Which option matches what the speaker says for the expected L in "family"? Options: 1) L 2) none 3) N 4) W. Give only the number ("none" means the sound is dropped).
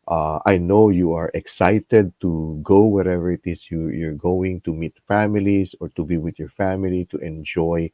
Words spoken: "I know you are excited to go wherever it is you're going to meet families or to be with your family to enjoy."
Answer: 1